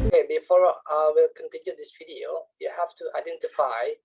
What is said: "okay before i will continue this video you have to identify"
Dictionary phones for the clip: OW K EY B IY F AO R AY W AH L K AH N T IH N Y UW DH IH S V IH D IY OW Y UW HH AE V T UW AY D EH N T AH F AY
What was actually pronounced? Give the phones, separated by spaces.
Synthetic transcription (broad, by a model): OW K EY B IY F AO R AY W AH L K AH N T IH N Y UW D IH S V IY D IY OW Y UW HH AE F T UW AY D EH N T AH F AY